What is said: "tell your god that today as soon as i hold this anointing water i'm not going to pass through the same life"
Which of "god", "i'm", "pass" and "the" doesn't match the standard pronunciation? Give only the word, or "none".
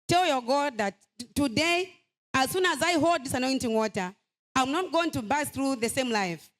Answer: pass